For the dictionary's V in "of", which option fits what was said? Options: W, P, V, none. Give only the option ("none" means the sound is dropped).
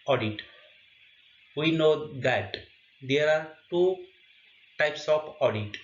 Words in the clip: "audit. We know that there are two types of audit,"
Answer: P